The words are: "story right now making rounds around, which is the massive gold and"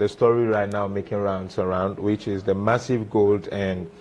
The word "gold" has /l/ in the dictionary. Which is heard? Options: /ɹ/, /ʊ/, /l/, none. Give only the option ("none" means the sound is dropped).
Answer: /l/